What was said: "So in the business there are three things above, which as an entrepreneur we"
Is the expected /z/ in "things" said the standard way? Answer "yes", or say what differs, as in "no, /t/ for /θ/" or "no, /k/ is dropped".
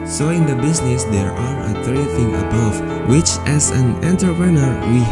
no, /z/ is dropped